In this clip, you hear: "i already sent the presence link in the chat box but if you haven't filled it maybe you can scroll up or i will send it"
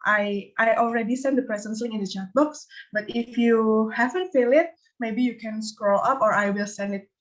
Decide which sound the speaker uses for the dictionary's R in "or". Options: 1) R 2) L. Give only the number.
1